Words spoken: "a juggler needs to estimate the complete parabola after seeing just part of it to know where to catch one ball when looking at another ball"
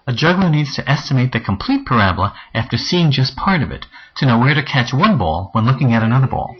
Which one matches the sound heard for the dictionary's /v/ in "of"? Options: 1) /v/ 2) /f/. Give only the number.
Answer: 1